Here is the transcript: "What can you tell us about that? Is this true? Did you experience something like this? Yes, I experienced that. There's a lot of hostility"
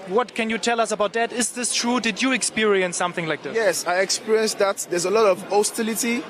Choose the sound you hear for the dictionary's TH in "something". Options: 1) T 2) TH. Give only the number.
2